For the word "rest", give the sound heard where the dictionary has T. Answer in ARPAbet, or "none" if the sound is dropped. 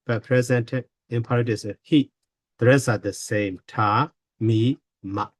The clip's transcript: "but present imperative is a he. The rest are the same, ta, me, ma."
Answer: none